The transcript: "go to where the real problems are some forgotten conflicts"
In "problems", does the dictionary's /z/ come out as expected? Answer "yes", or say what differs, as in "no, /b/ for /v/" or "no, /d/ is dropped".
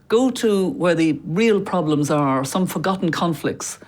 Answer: yes